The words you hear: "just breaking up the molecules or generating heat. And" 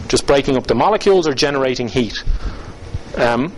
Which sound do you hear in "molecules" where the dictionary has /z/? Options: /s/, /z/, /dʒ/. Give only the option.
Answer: /z/